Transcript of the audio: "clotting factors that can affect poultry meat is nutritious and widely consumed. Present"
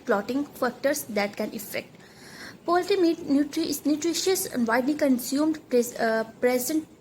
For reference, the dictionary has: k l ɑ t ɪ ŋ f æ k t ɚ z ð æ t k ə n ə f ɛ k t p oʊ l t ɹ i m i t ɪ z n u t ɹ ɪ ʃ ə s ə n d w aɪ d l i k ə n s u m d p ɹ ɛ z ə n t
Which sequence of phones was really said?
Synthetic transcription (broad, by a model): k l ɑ t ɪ ŋ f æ k t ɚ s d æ t k ə n ə f ɛ k t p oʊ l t i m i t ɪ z n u t ɹ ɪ ʃ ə s ə n d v aɪ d l i k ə n s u m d p ɹ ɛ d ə n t